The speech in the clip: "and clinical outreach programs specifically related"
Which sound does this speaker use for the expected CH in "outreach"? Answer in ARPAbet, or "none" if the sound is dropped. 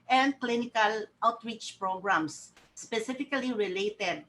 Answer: CH